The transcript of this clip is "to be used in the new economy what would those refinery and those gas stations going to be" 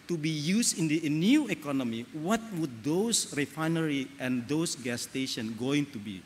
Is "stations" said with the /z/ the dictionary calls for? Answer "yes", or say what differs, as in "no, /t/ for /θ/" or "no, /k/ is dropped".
no, /z/ is dropped